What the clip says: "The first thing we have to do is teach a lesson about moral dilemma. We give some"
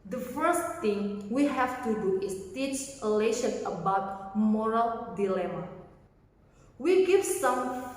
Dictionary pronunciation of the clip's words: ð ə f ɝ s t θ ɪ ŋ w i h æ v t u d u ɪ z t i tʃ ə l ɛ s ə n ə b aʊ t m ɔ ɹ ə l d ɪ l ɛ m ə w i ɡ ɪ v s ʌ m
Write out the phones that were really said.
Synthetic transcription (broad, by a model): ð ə f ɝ s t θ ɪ ŋ w i h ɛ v t u d u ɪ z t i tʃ ə l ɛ ʃ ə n ə b aʊ t m ɔ ɹ ə l d ɪ l ɛ m ə w i ɡ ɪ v s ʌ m